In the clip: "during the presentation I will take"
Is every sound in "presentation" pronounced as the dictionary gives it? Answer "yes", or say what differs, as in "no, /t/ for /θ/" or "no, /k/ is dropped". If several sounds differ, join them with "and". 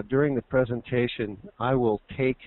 yes